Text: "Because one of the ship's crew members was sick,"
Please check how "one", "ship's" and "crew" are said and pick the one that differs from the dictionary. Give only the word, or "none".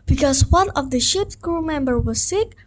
none